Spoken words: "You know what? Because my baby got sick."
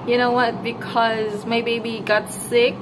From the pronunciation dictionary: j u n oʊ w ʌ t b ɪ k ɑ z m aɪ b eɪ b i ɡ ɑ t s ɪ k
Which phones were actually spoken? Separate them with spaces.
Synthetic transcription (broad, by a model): j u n oʊ w ʌ t b ɪ k ɑ z m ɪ b eɪ b i ɡ ɑ t s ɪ k